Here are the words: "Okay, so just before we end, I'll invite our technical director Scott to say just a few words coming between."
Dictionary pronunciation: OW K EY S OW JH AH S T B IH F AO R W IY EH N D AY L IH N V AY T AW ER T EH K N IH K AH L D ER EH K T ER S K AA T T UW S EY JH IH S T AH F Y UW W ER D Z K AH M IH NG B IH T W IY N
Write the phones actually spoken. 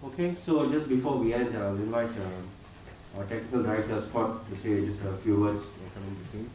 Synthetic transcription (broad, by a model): OW K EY S OW JH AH S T B IH F AO R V IY EH N D AY L IH N V AY T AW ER T EH K N IH K AH L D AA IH T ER S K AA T T UW S EY JH IH S T AH F Y UW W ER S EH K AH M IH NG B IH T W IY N